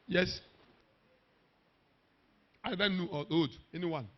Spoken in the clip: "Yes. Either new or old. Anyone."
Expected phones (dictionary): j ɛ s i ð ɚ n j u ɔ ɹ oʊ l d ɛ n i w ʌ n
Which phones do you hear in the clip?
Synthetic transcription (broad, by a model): j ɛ s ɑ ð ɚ n j u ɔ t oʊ d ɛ n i w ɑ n